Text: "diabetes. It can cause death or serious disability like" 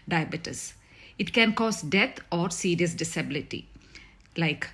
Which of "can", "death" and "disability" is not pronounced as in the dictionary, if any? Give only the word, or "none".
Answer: death